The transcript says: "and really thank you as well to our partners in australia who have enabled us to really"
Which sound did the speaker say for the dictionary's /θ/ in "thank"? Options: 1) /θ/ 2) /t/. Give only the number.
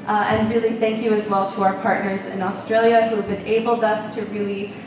1